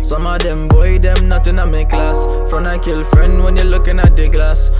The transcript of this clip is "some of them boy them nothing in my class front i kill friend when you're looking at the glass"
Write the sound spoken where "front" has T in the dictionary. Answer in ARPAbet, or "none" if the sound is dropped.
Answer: none